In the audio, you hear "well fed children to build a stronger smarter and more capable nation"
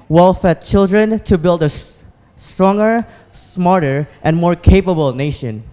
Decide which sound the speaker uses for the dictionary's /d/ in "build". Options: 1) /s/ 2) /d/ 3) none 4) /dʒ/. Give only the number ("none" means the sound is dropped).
2